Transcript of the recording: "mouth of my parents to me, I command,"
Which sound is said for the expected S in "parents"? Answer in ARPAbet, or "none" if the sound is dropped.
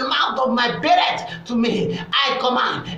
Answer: none